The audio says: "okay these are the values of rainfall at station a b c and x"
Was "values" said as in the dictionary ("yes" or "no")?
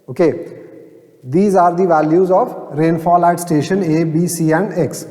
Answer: yes